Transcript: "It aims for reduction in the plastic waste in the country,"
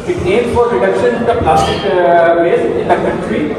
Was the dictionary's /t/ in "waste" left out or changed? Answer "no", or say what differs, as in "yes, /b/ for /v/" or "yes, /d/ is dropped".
yes, /t/ is dropped